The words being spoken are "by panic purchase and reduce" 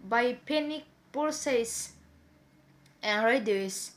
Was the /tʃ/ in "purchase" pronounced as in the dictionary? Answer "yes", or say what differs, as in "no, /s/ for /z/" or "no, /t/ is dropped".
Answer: no, /s/ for /tʃ/